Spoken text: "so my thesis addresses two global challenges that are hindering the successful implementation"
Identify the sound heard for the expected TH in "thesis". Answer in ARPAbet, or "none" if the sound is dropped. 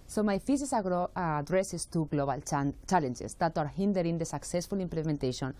F